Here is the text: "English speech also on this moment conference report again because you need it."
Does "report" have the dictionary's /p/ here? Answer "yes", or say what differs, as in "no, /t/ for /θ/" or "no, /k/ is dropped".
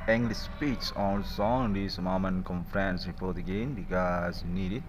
no, /f/ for /p/